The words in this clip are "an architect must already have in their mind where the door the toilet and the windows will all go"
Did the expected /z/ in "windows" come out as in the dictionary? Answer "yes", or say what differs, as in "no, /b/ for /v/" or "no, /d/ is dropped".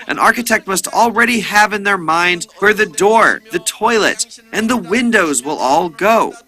yes